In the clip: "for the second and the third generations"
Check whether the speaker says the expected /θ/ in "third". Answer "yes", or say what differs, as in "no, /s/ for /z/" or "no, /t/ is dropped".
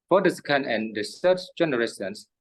no, /s/ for /θ/